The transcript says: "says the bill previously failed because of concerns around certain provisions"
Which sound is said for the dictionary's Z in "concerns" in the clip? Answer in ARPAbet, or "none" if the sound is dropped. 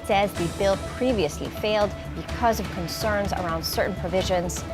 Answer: Z